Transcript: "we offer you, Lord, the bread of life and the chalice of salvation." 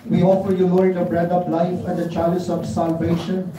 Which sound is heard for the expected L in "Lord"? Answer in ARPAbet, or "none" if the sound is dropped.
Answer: N